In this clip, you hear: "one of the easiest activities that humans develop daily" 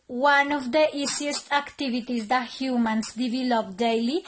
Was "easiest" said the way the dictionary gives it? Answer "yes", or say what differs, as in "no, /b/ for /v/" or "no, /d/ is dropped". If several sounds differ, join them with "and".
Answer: no, /s/ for /z/